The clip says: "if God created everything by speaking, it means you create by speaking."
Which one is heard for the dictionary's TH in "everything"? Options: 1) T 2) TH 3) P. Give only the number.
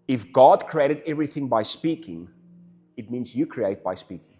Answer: 2